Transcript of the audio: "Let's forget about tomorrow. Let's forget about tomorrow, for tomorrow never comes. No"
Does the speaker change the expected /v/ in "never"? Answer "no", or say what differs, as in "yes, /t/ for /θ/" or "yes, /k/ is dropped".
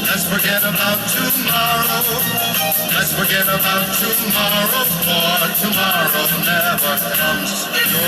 yes, /v/ is dropped